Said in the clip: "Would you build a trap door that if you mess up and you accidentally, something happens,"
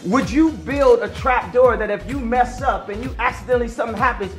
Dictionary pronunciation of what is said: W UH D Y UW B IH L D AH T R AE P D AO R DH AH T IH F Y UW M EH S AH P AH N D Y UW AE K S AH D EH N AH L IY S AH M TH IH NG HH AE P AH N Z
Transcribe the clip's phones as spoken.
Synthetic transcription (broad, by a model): W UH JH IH B IH L D AH T R AE P D AO R DH AH T IH F Y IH M EH S AH P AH N Y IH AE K S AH D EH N L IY S AH M TH IH NG HH AE P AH N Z